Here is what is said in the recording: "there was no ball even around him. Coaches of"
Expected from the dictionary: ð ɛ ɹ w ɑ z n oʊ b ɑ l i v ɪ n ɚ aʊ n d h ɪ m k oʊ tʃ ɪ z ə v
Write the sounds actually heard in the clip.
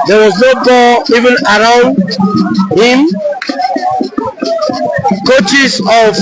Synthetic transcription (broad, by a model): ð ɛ w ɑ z n oʊ b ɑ n i v ɪ n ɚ aʊ n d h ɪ m k oʊ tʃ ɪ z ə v